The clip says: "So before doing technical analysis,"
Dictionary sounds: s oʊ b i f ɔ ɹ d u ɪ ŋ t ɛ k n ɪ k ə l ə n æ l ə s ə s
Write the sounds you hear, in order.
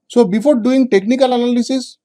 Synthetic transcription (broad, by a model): s oʊ b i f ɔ ɹ d u ɪ ŋ t ɛ k n ɪ k ə l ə n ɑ l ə s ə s